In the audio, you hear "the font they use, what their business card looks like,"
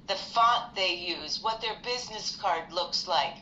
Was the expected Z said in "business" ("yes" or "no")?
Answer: yes